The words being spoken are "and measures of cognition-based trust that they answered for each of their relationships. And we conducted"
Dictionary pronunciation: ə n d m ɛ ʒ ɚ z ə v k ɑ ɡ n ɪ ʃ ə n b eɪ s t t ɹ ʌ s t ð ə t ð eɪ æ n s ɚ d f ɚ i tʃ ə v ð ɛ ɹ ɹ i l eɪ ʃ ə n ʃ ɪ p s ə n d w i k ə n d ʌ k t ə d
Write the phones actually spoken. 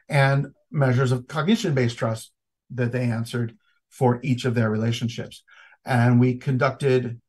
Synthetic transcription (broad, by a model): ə n m ɛ ʒ ɚ z ə v k ɑ ɡ n ɪ ʃ ə n b eɪ s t t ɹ ʌ s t ð ə t ð eɪ æ n s ɚ d f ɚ i tʃ ə v ð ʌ ɹ ɹ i l eɪ ʃ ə n ʃ ɪ p s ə n w i k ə n d ʌ k t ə d